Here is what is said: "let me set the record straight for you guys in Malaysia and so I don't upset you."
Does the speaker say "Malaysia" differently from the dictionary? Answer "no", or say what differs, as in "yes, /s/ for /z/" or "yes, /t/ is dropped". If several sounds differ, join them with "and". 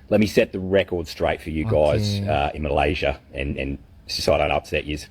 no